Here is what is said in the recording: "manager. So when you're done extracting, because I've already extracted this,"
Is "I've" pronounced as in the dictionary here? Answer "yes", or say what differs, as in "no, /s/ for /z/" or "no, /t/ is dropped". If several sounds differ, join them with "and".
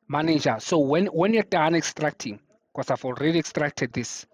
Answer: no, /f/ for /v/